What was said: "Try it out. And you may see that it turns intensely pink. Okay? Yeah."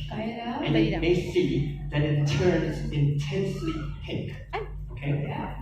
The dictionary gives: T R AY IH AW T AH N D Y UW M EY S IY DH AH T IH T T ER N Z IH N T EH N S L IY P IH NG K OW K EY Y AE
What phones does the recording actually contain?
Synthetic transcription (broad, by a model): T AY IH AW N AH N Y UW M EY S IY DH AH T IH T T ER N Z IH N T EH N S L IY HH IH K OW K EY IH